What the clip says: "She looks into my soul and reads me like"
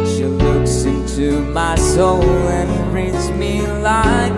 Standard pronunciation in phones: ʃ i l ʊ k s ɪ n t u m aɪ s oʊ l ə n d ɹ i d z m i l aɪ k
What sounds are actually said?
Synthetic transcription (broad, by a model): ʃ i l ʊ k s ɪ n t u m aɪ s oʊ l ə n ɹ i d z m i l aɪ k